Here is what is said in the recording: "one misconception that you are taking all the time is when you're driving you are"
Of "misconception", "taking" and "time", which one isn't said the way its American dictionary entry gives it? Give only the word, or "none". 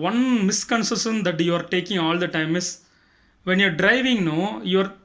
misconception